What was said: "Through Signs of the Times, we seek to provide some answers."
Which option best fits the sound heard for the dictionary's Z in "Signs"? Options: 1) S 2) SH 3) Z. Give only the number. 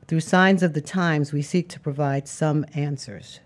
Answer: 3